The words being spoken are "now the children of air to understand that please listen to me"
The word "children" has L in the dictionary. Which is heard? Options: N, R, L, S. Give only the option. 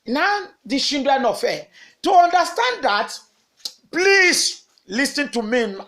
N